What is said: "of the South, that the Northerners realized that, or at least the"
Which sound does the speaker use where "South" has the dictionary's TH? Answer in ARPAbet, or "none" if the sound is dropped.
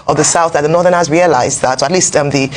TH